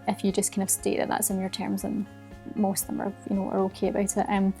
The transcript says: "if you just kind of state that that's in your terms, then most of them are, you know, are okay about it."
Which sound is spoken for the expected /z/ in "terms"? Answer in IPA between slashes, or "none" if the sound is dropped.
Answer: /z/